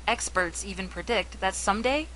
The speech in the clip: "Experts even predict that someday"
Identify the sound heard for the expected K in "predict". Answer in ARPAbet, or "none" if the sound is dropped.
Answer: K